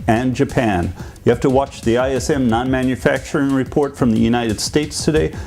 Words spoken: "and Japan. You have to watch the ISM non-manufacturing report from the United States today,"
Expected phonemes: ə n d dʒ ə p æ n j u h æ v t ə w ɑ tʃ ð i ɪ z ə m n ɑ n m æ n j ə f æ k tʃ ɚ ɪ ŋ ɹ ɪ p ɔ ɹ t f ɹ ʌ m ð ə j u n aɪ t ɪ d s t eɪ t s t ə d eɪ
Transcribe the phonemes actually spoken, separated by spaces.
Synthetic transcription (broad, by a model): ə n dʒ ə p æ n j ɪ h æ f t ə w ɑ tʃ ð i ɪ s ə m n ɑ n m æ n j ə f æ k tʃ ɚ ɪ ŋ ɹ ɪ p ɔ ɹ t f ɹ ʌ m ð ə j u n aɪ t ɪ d s t eɪ t s t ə d eɪ